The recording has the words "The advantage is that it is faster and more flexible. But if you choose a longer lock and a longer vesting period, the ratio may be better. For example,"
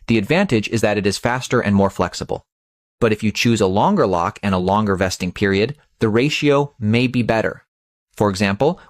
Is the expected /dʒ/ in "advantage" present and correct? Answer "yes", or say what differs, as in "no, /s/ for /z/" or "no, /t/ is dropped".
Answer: yes